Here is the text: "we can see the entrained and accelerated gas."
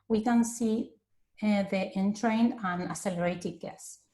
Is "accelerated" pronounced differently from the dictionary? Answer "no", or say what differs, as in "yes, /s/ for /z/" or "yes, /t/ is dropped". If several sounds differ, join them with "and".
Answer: yes, /k/ is dropped